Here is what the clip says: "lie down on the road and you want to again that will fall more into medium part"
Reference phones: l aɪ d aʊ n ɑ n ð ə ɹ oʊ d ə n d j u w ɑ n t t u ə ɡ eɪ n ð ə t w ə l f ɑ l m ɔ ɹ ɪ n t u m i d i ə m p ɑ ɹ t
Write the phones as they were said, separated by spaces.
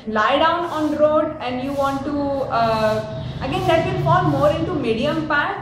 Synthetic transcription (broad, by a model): l aɪ d aʊ n ɑ n ɹ oʊ d ə n d j u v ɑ n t t u ə ɡ eɪ n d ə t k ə n f ɑ l m ɔ ɹ ɪ n t u m i d i ə m p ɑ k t